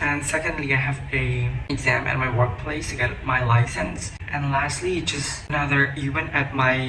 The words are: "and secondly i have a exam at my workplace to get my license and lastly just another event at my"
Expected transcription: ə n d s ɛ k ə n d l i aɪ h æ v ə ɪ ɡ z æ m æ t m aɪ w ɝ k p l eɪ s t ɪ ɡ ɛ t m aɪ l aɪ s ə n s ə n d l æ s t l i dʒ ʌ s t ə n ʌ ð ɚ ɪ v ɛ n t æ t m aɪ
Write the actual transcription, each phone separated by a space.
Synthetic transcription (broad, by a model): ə n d s ɛ k ə n d l i aɪ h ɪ v ə ɪ ɡ z æ m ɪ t m aɪ w ɝ k p l eɪ s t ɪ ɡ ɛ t m aɪ l aɪ s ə n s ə n l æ s t l i dʒ ʌ s t ə n ʌ ð ɚ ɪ w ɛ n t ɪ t m aɪ